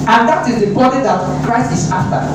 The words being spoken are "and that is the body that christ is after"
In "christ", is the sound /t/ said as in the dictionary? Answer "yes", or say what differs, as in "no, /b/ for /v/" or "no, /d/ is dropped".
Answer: no, /t/ is dropped